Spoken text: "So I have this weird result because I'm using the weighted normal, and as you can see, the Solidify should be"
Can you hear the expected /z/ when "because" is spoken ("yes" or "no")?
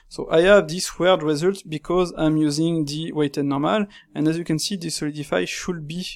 yes